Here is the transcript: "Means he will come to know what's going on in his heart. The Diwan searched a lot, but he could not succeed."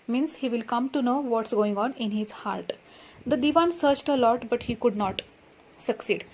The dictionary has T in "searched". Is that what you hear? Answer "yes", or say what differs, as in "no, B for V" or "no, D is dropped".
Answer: yes